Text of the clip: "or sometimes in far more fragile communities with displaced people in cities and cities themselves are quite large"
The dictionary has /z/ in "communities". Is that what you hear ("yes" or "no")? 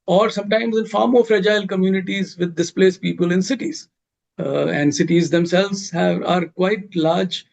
yes